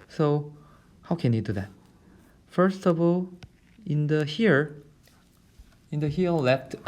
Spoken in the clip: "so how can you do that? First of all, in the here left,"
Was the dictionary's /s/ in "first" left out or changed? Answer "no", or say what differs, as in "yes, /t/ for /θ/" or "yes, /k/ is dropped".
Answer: no